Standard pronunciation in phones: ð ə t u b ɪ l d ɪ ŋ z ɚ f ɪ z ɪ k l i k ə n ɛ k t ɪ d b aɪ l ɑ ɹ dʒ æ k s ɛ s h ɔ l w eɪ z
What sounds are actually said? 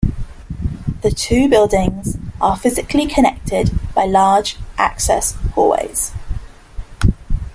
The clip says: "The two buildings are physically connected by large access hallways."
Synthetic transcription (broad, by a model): ð ə t u b ɪ l d ɪ ŋ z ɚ f ɪ z ɪ k l i k ə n ɛ k t ɪ d b aɪ l ɑ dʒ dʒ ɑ k s ɛ s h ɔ w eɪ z